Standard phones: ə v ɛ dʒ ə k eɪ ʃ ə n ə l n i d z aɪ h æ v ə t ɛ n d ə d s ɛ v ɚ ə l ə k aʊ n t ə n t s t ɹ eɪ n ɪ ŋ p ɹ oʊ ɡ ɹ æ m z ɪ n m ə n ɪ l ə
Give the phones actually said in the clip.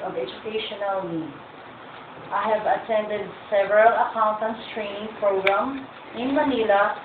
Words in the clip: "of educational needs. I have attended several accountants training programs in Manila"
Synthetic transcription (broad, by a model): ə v ɛ dʒ ə k eɪ ʃ ə n ə l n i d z aɪ h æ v ə t ɛ n d ə d s ɛ v ɚ ə l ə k aʊ n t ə n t s t ɹ eɪ n ɪ ŋ p ɹ oʊ ɡ ɹ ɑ m ɪ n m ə n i l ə